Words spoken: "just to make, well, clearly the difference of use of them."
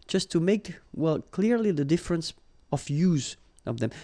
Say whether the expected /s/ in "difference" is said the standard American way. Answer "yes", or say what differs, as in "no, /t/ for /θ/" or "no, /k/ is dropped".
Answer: yes